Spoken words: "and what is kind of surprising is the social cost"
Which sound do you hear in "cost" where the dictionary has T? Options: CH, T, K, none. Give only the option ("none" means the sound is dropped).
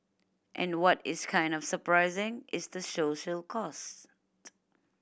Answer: T